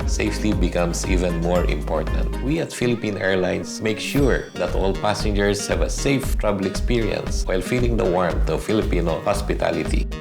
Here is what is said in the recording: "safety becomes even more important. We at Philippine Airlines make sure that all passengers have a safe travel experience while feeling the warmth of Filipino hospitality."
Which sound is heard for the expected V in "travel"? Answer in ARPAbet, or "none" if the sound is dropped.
B